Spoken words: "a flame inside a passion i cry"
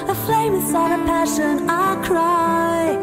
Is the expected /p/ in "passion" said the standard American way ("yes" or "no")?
yes